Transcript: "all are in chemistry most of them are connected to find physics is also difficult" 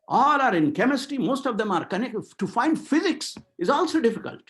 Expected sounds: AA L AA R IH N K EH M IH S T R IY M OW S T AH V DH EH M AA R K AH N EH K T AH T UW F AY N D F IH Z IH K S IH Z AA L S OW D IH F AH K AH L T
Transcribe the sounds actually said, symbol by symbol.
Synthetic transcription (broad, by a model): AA L AA R IH N K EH M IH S T IY M OW S T AH V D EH M AA R K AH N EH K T T UW F AY N D F IH Z IH K S IH Z AA L S OW D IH F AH K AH L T